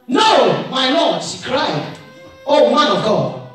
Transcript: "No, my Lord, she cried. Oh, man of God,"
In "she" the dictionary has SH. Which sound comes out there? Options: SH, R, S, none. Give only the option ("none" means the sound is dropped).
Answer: S